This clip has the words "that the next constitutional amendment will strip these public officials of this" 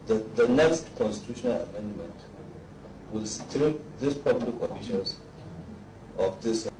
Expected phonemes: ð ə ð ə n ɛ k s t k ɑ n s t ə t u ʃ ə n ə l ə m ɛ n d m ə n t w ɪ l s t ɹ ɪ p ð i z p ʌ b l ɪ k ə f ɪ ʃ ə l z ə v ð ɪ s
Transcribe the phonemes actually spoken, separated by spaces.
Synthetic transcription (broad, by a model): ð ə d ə n ɛ k s t k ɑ n s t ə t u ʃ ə n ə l ə m ɛ n d m ə n t w ɪ l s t ɹ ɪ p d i s p ʌ b l ɪ k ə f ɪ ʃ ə n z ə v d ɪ s